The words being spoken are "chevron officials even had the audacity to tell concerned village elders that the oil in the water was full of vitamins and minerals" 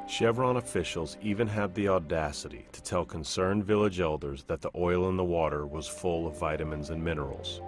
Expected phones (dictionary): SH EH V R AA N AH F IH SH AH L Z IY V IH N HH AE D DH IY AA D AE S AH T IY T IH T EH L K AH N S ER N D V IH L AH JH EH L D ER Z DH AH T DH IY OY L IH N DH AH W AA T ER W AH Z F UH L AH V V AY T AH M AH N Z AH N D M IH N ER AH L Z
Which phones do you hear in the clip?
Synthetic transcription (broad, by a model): SH EH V R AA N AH F IH SH L Z IY V IH N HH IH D DH IY AA D AE S AH T IY T IH T EH L K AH N S ER N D V IH L AH JH EH L D ER Z DH AH T DH IY OY L IH N DH AH W AA T ER W AH Z F UH L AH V V AY T AH M AH N Z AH N M IH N ER L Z